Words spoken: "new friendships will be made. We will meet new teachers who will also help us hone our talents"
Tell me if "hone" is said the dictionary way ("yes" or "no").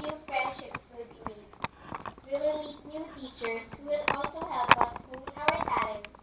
no